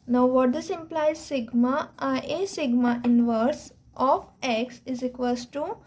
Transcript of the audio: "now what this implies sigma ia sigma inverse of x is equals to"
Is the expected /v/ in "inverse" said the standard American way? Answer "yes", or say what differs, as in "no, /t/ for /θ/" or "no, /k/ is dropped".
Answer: yes